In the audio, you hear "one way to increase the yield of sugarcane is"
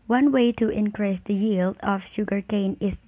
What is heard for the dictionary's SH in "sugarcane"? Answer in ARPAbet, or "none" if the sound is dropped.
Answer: SH